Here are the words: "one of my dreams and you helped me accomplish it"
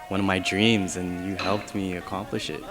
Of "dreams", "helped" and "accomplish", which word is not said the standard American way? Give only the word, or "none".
none